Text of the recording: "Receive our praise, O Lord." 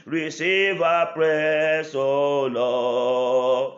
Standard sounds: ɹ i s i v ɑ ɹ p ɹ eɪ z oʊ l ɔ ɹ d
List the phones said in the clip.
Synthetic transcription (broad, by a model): ɹ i s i v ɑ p ɹ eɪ s oʊ l ɔ